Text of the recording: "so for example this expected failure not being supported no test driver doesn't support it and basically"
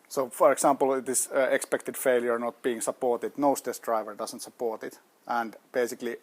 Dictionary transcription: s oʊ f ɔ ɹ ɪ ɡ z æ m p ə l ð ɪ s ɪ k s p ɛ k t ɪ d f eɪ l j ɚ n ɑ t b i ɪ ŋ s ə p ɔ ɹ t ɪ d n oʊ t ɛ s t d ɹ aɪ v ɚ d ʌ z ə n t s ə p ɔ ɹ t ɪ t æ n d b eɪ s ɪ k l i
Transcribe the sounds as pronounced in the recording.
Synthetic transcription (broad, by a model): s oʊ f ɔ ɹ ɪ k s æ m p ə l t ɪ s ɪ k s p ɛ k t ɪ d f eɪ l j ɚ n ɑ t b i ɪ ŋ s ə p ɔ ɹ t ɪ d n oʊ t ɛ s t d ɹ aɪ v ɚ d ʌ s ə n t s ə p ɔ ɹ t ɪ t æ n d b eɪ s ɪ k l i